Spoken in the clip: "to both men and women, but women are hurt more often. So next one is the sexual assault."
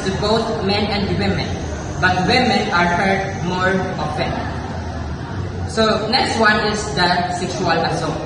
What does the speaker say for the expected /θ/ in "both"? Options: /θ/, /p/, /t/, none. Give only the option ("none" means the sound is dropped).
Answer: /t/